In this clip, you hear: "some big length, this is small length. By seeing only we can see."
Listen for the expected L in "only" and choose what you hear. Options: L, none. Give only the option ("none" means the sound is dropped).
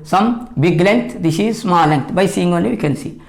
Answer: none